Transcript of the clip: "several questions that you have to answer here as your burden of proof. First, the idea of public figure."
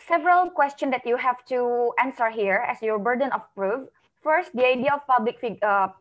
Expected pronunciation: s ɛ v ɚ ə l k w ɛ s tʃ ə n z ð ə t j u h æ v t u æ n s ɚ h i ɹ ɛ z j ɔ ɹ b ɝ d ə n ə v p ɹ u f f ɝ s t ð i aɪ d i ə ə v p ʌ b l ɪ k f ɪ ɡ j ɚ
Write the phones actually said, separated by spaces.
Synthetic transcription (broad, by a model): s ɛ v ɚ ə l k w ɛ s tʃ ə n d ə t j u h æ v t u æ n s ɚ h i ɹ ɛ s j ɔ ɹ b ɝ d ə n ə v p ɹ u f f ɝ s t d i aɪ d i ə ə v p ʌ b l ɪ k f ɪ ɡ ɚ